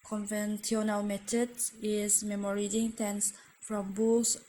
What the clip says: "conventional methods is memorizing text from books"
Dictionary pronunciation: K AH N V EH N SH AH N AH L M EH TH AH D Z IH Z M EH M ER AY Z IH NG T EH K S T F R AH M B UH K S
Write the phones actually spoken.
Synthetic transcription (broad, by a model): K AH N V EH N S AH N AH L M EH T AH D IH Z M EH M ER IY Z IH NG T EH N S F R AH M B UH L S